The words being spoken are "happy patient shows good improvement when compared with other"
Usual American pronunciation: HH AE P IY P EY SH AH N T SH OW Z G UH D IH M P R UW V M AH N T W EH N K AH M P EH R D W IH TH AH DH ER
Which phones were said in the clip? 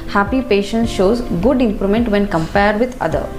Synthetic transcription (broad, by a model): HH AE P IY P EY SH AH N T SH OW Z G UH D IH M P R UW M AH N T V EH N K AH M P EH R D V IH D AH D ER